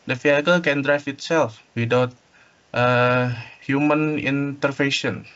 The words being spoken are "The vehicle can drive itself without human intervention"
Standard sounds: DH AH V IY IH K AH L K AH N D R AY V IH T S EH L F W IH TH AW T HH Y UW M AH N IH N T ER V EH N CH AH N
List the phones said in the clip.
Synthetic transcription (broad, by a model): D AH F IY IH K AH L K AH N D R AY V IH T S EH L F W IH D AW T HH Y UW M AH N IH N T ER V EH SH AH N